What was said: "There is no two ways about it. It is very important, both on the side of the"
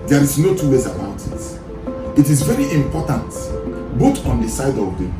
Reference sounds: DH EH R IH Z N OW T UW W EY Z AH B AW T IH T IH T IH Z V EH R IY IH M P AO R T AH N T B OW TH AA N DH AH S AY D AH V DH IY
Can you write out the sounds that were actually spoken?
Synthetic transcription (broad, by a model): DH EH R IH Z N OW T UW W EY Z AH B AW T IH T IH T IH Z V EH R IY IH M P AO T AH N T B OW T AA N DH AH S AY D AH V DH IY